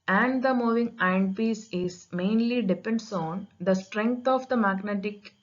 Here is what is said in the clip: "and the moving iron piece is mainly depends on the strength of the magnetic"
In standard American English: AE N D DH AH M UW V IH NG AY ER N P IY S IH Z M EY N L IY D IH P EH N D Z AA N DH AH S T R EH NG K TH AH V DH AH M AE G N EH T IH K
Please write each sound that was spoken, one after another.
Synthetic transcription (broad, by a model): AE N D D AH M UW V IH NG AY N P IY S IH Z M EY N L IY D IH P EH N D S AA N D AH S T R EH NG K T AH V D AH M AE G N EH T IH K